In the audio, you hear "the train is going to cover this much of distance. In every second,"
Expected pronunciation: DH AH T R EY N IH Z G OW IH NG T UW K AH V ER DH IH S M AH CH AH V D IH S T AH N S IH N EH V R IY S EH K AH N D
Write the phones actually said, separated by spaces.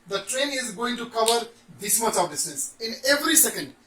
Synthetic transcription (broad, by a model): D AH T R EY N IH Z G OW IH NG T UW K AH V ER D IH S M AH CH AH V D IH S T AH S IH N EH V R IY S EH K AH N D